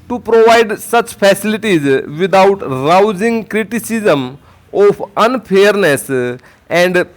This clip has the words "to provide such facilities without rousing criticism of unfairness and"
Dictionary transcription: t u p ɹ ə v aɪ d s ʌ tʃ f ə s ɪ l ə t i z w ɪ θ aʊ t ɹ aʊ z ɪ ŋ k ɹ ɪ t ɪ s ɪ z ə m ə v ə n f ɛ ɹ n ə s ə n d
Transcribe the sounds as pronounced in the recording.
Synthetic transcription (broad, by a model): t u p ɹ ə v aɪ d s ʌ tʃ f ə s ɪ l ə t i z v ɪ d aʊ t ɹ aʊ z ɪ ŋ k ɹ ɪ t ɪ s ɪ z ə m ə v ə n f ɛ ɹ n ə s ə n d